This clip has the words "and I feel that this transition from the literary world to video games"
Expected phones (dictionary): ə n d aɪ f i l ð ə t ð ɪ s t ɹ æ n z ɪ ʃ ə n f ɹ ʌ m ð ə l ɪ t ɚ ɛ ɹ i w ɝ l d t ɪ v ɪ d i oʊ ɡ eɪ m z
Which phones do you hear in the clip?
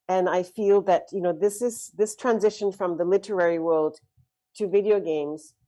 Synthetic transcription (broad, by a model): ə n aɪ f i l ð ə t ð ɪ s t ɹ æ n z ɪ ʃ ə n f ɹ ʌ m ð ə l ɪ t ɚ ɛ ɹ i w ɝ l d t ɪ v ɪ d i oʊ ɡ eɪ m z